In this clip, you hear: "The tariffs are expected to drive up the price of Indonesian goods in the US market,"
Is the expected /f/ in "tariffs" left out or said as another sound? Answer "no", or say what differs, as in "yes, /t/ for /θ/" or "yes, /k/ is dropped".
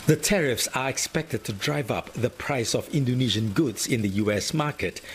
no